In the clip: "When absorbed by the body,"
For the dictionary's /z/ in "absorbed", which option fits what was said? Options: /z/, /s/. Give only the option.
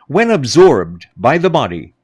/z/